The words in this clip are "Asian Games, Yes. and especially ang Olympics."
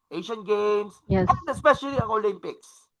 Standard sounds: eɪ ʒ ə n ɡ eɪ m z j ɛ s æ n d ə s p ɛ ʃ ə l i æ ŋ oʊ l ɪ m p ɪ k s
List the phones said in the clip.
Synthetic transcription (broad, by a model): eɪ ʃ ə n ɡ eɪ m s j ɛ s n ə s p ɛ ʃ ə l i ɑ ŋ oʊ l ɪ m p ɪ k s